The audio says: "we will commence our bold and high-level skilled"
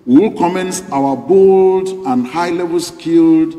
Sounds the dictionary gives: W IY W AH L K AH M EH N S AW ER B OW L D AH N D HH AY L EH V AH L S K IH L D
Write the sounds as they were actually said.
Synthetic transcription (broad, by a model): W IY W L K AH M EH N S AW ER B OW L D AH N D HH AY L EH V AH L S K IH L D